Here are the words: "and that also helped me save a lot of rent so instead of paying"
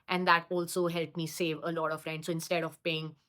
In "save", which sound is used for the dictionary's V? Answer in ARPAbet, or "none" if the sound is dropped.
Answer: V